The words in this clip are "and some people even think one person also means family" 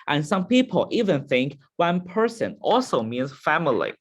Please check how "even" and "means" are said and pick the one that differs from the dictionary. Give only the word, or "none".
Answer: none